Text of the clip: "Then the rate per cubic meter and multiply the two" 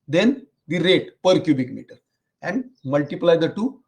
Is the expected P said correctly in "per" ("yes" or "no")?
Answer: yes